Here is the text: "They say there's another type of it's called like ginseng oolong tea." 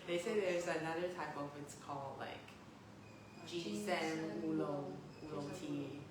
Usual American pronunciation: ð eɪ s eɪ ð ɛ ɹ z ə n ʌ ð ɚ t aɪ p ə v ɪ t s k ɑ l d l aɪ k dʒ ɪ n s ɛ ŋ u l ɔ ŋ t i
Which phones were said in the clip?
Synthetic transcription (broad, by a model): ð eɪ s eɪ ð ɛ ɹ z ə n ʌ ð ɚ t aɪ p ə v ɪ t s k ɑ l d l aɪ k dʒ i s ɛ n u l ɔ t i